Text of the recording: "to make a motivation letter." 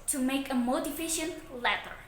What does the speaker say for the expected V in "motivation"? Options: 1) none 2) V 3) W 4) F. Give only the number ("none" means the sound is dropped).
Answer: 4